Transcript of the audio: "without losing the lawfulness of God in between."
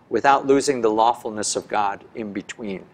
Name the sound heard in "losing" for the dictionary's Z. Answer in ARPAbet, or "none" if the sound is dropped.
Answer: Z